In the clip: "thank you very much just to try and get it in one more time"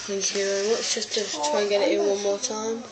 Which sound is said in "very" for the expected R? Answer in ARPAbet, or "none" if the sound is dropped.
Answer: W